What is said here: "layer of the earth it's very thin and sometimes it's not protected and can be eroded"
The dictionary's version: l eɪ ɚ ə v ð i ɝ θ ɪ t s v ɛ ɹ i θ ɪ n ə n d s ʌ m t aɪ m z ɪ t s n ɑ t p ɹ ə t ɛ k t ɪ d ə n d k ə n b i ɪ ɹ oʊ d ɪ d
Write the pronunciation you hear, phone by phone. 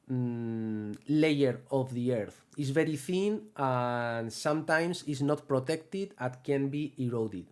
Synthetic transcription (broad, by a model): l eɪ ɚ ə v ð i ɝ θ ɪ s v ɛ ɹ i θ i n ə n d s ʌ m t aɪ m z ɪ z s n ɑ t p ɹ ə t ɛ k t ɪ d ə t k ə n b i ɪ ɹ oʊ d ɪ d